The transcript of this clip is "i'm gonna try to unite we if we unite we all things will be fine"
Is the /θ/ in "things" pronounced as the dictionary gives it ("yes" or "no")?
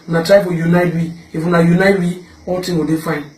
no